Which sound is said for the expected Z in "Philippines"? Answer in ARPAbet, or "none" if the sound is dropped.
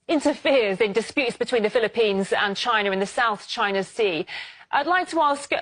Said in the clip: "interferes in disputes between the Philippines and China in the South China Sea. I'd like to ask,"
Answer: Z